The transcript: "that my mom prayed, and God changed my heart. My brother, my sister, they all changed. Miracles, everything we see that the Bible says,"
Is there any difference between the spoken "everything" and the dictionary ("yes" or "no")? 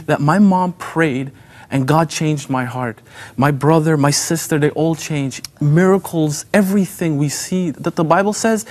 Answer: no